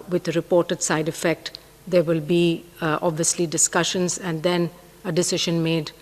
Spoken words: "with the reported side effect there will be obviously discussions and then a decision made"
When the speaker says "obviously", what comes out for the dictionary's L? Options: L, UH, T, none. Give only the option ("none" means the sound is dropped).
L